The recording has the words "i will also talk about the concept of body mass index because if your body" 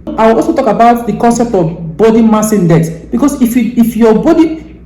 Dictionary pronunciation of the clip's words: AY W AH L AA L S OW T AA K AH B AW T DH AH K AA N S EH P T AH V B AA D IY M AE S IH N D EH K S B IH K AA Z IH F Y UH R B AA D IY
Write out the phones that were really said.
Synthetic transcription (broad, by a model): AY W AH L AA L S OW T AA K AH B AW T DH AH K AA N S EH P T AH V B AA D IY M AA S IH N D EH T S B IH K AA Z IH F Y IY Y B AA D IY